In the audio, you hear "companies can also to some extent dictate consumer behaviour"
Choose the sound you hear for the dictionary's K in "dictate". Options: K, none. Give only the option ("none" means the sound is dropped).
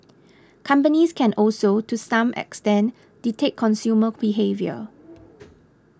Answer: none